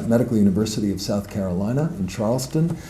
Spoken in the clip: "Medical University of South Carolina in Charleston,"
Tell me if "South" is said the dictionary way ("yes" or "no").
yes